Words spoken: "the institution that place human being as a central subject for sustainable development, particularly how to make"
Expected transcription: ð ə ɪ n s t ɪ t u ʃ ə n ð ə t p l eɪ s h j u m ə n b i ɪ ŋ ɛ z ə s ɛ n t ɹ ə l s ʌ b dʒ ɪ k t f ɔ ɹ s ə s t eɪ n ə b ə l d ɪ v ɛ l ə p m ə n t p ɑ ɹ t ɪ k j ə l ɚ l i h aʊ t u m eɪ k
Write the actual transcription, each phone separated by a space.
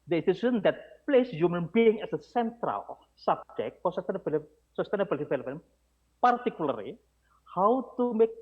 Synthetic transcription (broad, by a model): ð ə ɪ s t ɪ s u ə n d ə t p l eɪ s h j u m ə n b i ɪ ŋ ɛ s ə s ɛ n t ɹ ə l s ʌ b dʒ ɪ k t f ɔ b s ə s t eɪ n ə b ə l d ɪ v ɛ l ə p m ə n p ɑ ɹ t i k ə l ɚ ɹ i h aʊ t u m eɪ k